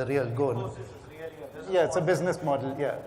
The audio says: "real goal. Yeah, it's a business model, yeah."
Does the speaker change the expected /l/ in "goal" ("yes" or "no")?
yes